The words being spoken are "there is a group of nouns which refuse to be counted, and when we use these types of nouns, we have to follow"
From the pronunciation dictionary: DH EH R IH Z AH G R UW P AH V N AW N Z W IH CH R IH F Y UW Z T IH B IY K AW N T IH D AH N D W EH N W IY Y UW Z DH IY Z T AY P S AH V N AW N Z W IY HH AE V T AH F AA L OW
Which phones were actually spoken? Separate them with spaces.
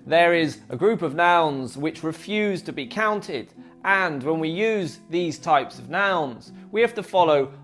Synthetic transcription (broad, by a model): DH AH R IH Z AH G R UW P AH V N AW N Z W IH CH R IH F Y UW Z T IH B IY K AW N T IH D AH N W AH N W IY Y UW Z DH IY Z T AY P S AH V N AW N Z W IY HH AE F T AH F AA L OW